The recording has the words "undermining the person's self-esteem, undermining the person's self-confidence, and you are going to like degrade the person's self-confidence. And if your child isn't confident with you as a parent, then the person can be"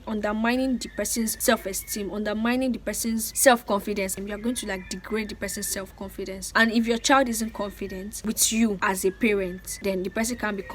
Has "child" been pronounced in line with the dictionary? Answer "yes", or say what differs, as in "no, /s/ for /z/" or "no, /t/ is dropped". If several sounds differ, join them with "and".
yes